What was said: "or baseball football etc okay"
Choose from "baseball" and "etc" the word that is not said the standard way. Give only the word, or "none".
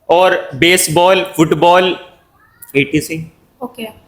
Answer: etc